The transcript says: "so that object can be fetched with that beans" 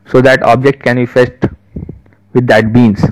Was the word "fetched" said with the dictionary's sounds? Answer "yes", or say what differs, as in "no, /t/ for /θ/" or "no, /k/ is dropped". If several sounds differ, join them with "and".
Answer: no, /s/ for /tʃ/